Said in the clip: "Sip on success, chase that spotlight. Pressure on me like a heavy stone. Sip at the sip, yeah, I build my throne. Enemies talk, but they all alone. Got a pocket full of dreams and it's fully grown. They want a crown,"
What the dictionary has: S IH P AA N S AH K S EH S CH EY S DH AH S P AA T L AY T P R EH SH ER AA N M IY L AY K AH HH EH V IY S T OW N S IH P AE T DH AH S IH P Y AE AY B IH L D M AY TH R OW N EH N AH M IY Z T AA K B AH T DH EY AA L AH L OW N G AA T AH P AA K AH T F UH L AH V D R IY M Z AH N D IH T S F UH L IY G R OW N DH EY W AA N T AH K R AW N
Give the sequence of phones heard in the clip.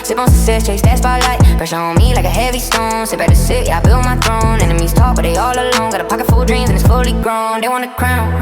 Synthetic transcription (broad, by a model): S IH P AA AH S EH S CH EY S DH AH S B AA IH L AY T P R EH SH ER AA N M IY L AY K AH HH EH V IY S T OW N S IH B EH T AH S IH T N AY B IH L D M AY TH R OW N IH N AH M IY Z T AA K B AH T DH EY AA L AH L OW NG G AA T AH P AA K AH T F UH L D R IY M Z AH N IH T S F UH L IY G R OW N DH EY W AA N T AH K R AW N